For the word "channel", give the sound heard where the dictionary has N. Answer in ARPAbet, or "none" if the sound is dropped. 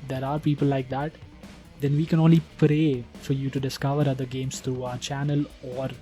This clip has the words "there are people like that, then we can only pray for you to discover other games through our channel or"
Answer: N